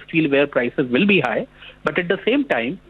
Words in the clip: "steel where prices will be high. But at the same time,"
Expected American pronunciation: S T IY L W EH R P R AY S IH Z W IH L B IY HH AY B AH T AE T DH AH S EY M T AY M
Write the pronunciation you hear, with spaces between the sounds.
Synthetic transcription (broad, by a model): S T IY L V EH R P R AY S IH Z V IH L B IY HH AY B AH T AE T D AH S EY M T AY M